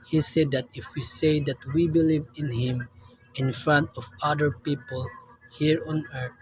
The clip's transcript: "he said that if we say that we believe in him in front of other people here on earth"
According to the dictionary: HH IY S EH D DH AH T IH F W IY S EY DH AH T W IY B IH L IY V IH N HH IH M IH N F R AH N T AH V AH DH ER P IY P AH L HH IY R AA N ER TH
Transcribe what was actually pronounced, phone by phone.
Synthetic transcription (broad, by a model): HH IY S EH D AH T IH F W IY S EY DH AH T W IY B IH L IY V IH N HH IH M IH N F R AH N T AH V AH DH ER P IY P AH L HH IY R AA N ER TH